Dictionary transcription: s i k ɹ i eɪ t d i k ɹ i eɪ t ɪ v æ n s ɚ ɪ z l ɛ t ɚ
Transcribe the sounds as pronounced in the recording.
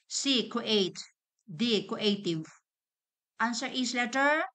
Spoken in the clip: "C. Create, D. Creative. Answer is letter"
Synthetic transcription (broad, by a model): s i k i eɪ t d i k i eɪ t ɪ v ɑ n s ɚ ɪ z l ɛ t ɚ